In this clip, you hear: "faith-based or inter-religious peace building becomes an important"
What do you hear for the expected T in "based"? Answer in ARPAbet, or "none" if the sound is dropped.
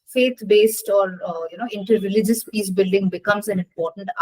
T